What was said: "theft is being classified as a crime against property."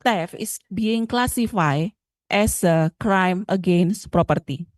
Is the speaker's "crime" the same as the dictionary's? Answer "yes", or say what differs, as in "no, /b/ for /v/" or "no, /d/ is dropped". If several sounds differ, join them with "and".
yes